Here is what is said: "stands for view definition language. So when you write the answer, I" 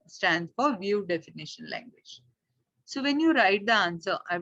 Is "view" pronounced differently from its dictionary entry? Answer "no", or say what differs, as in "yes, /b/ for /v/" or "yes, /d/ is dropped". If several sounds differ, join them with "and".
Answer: no